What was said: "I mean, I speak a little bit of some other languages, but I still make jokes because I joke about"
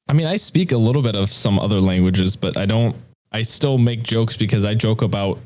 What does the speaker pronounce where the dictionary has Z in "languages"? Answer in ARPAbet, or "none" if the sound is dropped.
Z